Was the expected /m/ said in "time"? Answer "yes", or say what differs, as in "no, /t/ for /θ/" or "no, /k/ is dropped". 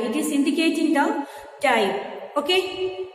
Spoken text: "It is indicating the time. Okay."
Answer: no, /m/ is dropped